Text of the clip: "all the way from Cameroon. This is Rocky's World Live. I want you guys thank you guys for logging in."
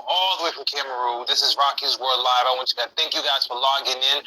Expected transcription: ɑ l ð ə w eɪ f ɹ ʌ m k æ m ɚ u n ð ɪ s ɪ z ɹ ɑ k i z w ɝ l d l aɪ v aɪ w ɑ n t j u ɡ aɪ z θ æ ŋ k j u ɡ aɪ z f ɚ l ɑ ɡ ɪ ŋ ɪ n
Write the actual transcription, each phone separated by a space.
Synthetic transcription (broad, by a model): ɑ l ð ə w eɪ f ɹ ʌ m k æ m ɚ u ð ɪ s ɪ z ɹ ɑ k i z w ɝ d l aɪ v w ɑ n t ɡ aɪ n θ æ ŋ k j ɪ ɡ aɪ z f ɚ l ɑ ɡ ɪ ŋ ɪ n